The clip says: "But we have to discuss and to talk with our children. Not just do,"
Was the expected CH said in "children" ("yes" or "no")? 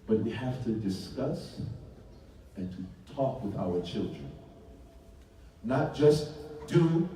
yes